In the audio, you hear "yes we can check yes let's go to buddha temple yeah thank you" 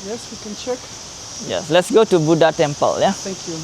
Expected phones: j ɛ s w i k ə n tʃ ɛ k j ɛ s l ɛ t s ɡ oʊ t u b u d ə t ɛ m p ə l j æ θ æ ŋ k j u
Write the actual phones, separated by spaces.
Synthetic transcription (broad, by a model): j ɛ s w i k ə n tʃ ɛ k j ɛ s l ɛ t s ɡ oʊ t u b u d ə t ɛ m p ə l j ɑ t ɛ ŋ k j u